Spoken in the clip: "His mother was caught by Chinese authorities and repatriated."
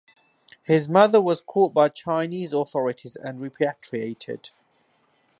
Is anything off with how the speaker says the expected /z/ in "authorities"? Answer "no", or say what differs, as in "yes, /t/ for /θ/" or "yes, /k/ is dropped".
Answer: no